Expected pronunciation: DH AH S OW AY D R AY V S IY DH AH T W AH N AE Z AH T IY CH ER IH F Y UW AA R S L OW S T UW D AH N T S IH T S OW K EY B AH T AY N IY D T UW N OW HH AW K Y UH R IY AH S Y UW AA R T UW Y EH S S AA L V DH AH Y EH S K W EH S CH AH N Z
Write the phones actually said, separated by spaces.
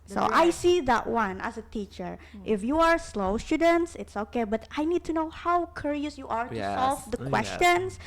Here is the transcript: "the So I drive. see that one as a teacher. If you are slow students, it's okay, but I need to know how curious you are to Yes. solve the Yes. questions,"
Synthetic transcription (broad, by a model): S OW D AY S IY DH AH T W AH N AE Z AH T IY CH ER IH F Y UW AA R S L OW S T UW D AH N T S IH T S OW K EY B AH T AY N IY D T UW N OW HH AW K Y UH R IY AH S Y UW AA R T UW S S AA L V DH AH K W EH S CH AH N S